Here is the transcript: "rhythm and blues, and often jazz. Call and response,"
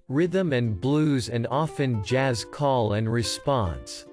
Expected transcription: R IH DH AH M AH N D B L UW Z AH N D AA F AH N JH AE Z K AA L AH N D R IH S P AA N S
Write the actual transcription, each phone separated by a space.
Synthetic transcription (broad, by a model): R IH DH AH M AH N B L UW Z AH N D AA F AH N JH AE Z K AA L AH N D R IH S P AA N S